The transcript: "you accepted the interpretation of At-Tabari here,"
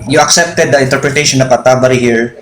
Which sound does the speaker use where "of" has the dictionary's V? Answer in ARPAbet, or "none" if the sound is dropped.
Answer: P